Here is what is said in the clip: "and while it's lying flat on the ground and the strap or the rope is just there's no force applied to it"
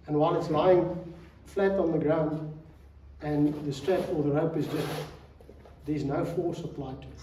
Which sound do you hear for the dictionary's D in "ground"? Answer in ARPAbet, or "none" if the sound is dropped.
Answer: D